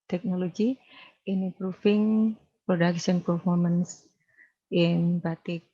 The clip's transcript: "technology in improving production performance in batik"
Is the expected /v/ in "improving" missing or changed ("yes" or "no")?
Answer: yes